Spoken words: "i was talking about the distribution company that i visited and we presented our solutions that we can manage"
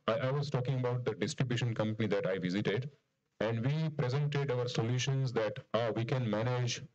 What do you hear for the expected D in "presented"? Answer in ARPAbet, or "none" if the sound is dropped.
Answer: D